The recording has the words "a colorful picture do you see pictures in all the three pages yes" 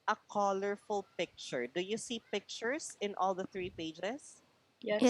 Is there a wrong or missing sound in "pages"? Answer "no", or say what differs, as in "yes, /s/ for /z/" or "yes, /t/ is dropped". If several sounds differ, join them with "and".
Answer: yes, /dʒ/ is dropped